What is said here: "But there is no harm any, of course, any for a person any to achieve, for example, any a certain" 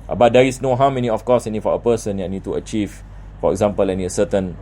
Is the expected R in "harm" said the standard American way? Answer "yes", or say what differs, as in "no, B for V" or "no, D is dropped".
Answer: no, W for R